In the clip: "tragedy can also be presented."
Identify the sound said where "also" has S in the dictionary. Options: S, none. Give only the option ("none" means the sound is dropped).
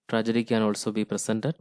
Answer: S